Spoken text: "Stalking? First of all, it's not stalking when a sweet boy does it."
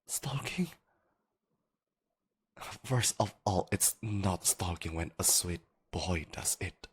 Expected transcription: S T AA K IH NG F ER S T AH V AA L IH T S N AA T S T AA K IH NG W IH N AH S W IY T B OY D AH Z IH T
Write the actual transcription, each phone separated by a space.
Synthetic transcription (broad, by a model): S T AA K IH NG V ER S AH V AA L IH T S N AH T S T AA K IH NG W IH N AH S W IY T B OY D AH Z IH T